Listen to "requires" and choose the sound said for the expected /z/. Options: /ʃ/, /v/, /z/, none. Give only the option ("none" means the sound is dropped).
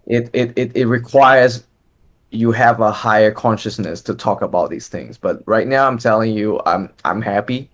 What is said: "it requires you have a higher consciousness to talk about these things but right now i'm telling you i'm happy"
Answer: /z/